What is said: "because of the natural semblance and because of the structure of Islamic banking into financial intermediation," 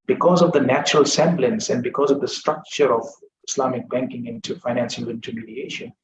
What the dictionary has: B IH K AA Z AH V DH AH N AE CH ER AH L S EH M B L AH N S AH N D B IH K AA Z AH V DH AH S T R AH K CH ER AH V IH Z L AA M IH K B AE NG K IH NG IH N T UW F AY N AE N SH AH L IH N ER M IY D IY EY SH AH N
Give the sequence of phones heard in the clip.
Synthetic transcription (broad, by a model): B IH K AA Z AH V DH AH N AE CH ER AH L S EH M B L AH N S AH N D B IH K AA Z AH V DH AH S T R AH K CH ER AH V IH S L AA M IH K B AE NG K IH NG IH N T UW F AY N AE N S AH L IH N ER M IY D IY EY SH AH N